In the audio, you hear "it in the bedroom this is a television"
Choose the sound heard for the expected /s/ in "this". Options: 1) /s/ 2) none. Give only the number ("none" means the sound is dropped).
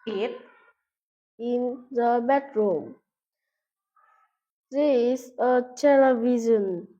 2